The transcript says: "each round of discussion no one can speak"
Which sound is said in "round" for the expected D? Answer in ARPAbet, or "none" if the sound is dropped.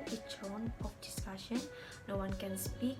none